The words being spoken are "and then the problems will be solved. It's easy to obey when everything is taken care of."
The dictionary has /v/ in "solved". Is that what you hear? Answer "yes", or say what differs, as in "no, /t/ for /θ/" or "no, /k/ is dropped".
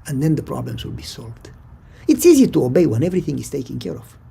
yes